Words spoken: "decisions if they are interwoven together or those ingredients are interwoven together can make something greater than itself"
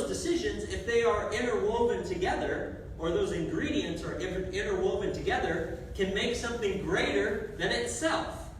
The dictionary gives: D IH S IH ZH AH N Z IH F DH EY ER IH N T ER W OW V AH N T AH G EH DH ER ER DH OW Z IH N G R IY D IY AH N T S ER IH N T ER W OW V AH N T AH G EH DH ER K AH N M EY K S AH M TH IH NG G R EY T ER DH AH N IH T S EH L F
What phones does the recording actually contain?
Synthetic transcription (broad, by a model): D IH S IH ZH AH N Z IH F DH EY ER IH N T ER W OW V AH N T AH G EH DH ER ER DH OW Z IH N G R IY D IY AH N T S ER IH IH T ER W OW V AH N T AH G EH DH ER K AH N M EY K S AH M TH IH NG G R EY T ER DH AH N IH T S EH L F